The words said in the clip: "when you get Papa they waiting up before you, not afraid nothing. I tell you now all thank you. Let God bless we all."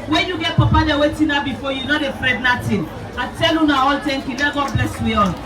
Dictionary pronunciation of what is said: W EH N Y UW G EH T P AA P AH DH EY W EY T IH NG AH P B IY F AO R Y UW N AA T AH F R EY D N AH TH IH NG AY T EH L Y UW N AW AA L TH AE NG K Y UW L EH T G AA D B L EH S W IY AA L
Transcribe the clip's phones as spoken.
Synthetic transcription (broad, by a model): W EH N Y UW G EH T P AA P AH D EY W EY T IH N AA B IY F AO Y UW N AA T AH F R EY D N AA T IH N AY T EH L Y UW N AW AA L T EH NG K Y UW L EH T G AA D B L EH S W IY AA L